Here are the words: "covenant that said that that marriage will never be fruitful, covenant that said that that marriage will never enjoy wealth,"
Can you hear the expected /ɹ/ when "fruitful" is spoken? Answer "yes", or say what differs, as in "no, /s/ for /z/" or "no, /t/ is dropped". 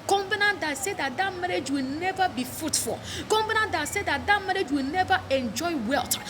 no, /ɹ/ is dropped